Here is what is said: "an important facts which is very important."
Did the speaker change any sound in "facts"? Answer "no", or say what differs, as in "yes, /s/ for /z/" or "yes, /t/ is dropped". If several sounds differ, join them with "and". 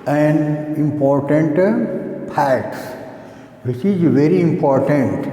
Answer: yes, /p/ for /f/